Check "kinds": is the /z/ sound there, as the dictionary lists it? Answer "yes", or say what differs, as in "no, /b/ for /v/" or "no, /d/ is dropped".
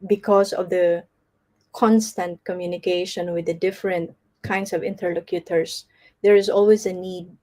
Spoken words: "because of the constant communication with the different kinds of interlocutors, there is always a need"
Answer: no, /s/ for /z/